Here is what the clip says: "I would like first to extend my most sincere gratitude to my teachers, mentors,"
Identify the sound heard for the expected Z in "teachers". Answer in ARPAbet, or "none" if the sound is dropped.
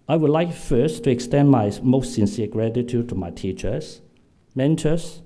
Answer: S